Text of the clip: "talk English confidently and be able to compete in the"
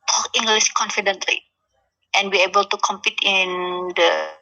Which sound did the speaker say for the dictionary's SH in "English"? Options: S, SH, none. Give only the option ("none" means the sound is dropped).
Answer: S